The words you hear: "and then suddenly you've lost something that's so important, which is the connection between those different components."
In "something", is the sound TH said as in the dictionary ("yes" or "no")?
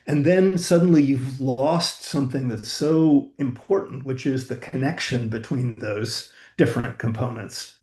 yes